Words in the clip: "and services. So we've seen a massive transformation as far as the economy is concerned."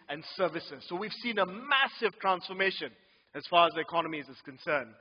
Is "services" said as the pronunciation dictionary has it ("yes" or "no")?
yes